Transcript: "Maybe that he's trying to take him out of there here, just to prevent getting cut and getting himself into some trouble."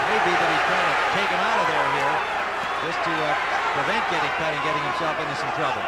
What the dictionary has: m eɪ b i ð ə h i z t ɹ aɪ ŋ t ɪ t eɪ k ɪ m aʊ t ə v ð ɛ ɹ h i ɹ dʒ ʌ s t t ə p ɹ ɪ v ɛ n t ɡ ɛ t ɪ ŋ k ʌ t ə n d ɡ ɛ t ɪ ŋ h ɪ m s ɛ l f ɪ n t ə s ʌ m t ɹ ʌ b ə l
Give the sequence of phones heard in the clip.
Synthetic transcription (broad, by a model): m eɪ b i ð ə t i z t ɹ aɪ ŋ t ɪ t eɪ k ɪ m aʊ t ə v ð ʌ ɹ h i ɹ dʒ ʌ s t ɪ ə p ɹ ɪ v ɛ n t ɡ ɛ t ɪ ŋ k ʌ t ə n ɡ ɛ t ɪ ŋ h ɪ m ʃ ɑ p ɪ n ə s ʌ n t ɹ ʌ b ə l